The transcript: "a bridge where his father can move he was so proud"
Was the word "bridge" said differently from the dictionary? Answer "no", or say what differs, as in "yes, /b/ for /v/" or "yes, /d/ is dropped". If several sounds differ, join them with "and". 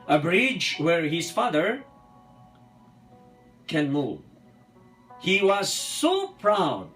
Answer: no